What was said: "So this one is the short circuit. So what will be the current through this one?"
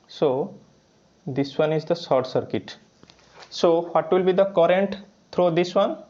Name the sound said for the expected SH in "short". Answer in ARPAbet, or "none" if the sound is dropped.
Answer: S